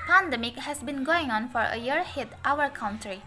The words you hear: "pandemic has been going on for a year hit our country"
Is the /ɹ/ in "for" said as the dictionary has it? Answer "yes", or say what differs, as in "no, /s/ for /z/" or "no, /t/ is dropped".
yes